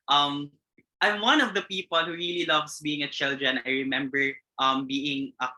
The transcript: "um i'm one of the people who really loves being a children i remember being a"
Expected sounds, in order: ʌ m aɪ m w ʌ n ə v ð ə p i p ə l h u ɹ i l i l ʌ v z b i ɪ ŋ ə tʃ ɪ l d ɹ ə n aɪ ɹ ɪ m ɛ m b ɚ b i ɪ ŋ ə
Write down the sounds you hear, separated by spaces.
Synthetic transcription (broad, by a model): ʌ m aɪ m w ʌ n ə v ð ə p i p ə l h u ɹ i l i l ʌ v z b i ɪ ŋ ə tʃ ɪ l d ɹ ə n aɪ ɹ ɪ m ɛ m b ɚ b i ɪ ŋ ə